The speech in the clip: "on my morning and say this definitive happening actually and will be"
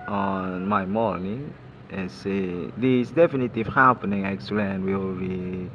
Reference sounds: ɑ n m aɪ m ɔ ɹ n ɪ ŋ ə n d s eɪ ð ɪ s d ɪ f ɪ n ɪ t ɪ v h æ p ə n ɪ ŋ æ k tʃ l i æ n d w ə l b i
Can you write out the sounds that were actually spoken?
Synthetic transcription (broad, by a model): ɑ n m aɪ m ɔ l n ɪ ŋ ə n s eɪ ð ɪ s d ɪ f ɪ n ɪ t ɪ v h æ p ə n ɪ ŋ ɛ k s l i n w ə l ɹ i